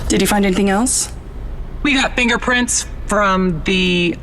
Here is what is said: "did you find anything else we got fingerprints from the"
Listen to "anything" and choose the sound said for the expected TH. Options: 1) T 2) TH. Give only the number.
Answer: 2